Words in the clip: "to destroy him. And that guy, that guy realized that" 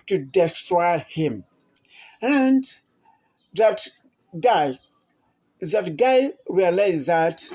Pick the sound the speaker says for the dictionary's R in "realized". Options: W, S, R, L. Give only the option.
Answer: W